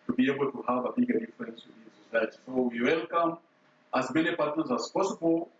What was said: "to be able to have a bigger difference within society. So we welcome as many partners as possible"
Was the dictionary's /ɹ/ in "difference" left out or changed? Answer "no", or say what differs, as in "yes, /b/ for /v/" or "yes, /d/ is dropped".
yes, /l/ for /ɹ/